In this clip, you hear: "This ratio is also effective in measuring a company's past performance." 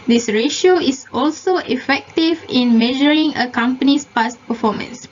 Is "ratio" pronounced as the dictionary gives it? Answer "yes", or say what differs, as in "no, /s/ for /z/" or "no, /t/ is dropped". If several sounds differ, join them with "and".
yes